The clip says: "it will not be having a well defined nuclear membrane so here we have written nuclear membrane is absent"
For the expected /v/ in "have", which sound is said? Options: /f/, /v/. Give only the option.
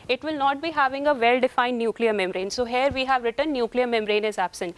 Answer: /v/